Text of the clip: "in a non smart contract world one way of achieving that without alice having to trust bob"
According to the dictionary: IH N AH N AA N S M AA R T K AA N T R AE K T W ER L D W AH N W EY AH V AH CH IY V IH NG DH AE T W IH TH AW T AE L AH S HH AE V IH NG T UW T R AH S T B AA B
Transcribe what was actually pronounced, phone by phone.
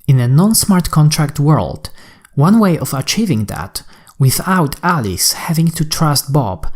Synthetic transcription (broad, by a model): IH N AH N AA N S M AA R T K AA N T R AE K T W ER L D W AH N W EY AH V AH CH IY V IH NG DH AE T W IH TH AW T AE L AH S HH AE V IH NG T UW T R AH S T B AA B